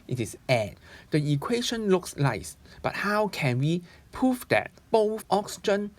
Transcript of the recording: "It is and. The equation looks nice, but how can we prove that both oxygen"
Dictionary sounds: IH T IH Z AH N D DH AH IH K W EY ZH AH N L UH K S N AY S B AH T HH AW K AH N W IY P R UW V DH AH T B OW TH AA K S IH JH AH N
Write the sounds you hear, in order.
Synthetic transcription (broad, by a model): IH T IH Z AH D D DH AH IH K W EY SH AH N L UH K S L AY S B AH T HH AW K AH N W IY P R UW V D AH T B OW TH AA K S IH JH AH N